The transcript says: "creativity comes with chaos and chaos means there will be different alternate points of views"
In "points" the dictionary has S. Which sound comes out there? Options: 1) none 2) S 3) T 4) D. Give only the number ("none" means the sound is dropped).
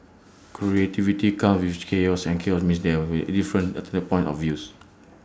1